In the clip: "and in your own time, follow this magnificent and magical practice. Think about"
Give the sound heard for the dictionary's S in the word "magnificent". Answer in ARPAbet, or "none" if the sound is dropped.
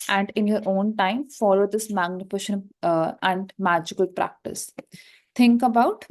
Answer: SH